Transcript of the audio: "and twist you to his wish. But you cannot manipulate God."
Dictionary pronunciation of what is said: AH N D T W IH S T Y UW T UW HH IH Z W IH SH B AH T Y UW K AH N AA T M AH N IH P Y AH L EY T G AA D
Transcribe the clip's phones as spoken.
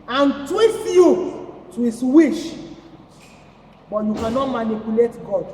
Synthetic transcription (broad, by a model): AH N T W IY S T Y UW T UW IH S W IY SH B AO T Y UW K AH N AA T M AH N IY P Y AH L EY T G AA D